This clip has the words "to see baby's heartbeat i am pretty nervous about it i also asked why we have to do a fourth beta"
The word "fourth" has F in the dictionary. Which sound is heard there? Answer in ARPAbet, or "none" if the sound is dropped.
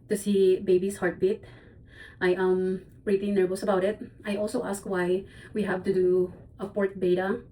P